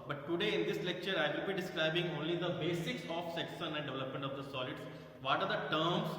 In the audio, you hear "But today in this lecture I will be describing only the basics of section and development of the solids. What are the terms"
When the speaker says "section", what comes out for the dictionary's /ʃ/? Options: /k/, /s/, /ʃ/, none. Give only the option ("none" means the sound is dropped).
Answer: /s/